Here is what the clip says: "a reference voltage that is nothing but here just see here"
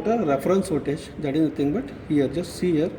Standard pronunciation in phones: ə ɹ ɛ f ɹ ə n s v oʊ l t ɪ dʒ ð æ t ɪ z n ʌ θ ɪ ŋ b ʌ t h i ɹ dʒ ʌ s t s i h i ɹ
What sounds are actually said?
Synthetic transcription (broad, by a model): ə ɹ ɛ f ɹ ə n s f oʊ t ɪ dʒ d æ t ɪ z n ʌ t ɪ ŋ b ʌ t h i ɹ dʒ ʌ s t s i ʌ ɹ